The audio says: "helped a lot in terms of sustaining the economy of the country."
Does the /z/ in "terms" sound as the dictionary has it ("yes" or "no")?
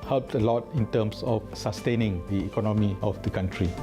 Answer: no